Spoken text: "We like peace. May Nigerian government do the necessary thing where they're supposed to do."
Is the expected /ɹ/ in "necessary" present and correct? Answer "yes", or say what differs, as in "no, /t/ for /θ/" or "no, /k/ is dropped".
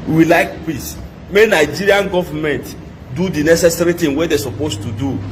yes